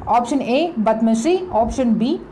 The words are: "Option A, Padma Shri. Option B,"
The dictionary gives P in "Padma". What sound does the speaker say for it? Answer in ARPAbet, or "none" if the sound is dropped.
B